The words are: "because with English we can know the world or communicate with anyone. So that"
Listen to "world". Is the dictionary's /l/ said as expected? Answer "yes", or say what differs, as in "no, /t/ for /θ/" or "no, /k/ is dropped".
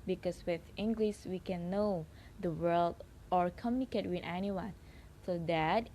yes